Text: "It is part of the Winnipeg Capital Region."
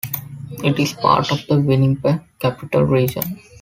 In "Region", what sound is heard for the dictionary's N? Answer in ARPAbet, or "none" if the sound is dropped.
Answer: N